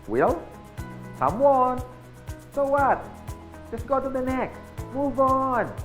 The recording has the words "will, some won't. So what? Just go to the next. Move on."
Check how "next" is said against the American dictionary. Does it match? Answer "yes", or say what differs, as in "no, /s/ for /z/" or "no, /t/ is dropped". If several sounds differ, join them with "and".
no, /s/ is dropped